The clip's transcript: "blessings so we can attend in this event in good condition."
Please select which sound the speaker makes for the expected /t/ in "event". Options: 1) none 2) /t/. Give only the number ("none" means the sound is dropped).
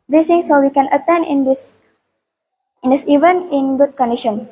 1